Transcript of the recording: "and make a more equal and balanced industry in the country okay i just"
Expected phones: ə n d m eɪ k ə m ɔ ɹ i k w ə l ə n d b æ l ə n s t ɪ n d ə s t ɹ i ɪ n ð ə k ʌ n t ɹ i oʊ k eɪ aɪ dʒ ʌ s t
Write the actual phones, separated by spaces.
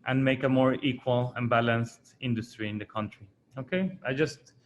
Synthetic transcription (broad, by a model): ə n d m eɪ k ə m ɔ ɹ i k w ə l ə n b æ l ə n s t ɪ n d ə s t ɹ i ɪ n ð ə k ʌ n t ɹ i oʊ k eɪ aɪ dʒ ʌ s t